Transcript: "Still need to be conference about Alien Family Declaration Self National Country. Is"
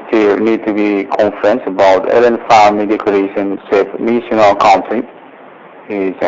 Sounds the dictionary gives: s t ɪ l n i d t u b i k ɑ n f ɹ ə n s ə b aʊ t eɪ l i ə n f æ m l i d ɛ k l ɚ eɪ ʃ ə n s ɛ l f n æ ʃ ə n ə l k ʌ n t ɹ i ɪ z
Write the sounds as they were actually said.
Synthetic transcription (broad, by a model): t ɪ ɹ n i d t u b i k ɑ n f ɹ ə n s ə b aʊ t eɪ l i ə n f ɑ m i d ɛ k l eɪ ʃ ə n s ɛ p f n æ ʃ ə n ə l k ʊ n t i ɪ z